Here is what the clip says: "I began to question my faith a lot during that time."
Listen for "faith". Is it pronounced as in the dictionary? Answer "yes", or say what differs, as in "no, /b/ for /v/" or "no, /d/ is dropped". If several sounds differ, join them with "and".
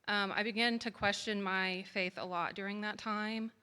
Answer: yes